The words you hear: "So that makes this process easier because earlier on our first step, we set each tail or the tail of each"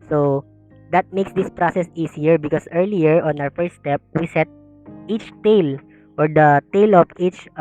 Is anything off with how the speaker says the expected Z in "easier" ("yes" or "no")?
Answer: yes